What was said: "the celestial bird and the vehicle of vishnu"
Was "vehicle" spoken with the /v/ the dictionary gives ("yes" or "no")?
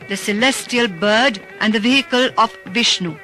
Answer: yes